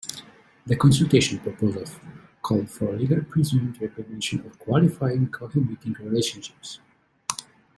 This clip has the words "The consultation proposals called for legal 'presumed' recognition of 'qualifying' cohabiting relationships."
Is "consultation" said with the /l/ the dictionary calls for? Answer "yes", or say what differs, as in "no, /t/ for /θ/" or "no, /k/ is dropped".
yes